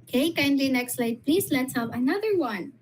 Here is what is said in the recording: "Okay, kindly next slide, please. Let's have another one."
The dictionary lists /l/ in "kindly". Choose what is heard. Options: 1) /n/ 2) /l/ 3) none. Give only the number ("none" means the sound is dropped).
2